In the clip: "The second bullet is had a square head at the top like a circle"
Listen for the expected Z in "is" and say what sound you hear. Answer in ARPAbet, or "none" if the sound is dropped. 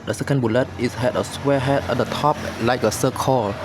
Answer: S